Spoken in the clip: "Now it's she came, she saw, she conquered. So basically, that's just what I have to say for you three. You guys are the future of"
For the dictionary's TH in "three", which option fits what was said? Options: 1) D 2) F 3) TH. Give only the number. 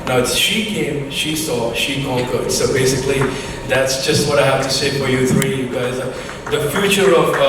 3